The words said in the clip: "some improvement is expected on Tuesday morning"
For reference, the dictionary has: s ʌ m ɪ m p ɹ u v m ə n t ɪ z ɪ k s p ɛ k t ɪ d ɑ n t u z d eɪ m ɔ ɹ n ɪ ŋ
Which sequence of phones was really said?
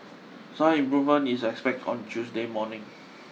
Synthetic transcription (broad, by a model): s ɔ ɪ m p ɹ u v m ə n ɪ s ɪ k s p ɛ k t ɑ n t u s d eɪ m ɔ n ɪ ŋ